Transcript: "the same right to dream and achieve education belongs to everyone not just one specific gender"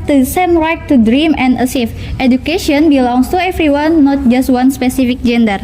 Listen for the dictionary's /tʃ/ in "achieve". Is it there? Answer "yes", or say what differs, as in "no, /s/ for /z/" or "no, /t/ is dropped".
no, /s/ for /tʃ/